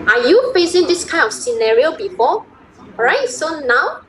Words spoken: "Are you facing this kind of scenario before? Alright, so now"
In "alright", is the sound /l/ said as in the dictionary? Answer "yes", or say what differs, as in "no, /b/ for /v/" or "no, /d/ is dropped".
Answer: no, /l/ is dropped